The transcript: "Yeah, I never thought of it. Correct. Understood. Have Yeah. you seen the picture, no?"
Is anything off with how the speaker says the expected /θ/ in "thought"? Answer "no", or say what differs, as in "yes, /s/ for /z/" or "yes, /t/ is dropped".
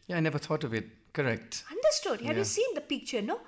yes, /t/ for /θ/